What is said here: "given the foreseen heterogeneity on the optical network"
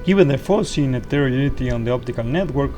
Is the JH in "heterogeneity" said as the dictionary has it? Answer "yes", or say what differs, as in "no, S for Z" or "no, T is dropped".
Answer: no, JH is dropped